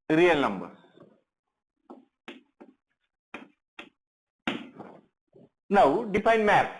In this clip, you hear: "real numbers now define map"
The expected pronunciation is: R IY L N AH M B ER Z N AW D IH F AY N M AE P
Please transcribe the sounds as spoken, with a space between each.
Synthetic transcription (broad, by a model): R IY L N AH M B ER N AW D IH P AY N M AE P